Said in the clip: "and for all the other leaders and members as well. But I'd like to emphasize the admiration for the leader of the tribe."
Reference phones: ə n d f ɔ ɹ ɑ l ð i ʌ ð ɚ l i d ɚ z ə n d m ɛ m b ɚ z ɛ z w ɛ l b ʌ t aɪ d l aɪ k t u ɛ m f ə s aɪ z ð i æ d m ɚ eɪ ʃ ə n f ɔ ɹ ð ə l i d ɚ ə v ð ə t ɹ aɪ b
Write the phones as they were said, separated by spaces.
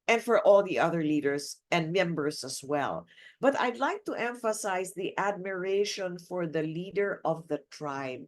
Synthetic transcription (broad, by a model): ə n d f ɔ ɹ ɑ l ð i ʌ ð ɚ l i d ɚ s ə n d m ɛ m b ɚ s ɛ s w ɛ l b ʌ t aɪ d l aɪ k t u ɛ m f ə s aɪ s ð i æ d m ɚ eɪ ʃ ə n f ɔ ɹ ð ə l i d ɚ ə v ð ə t ɹ aɪ b